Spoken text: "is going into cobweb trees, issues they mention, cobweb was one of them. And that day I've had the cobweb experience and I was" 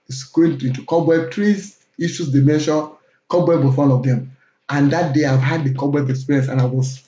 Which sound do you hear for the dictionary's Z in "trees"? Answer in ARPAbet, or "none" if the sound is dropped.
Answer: none